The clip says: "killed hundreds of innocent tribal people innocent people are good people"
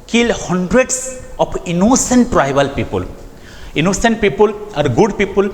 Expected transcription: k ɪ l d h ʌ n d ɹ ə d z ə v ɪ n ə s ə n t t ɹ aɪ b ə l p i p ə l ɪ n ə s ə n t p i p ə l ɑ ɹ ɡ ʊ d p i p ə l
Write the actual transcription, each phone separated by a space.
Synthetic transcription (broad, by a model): k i l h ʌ n d ɹ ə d s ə p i n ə s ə n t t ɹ aɪ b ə l p i p ə l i n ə s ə n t p i p ə l ɑ ɹ ɡ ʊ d p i p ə l